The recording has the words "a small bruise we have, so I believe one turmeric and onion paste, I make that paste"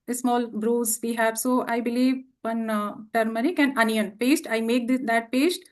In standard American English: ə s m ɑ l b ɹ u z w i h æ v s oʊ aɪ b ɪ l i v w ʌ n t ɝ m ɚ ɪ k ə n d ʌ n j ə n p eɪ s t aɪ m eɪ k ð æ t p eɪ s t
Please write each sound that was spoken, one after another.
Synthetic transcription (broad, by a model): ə s m ɑ l b ɹ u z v i h æ v s oʊ aɪ b ɪ l i v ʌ n t ɝ m ɚ ɪ k ə n d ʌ n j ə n p eɪ s t aɪ m eɪ k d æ t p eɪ s t